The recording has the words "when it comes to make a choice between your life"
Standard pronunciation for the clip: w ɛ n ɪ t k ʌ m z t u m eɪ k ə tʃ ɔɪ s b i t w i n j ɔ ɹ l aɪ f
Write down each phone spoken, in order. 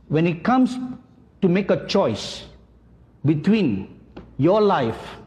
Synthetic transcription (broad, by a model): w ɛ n ɪ t k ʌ m s t u m eɪ k ə tʃ ɔɪ s b i t w i n j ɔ l aɪ f